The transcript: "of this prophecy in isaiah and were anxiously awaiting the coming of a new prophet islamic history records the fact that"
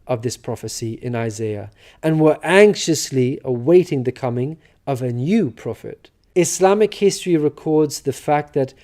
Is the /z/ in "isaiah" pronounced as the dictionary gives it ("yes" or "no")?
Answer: yes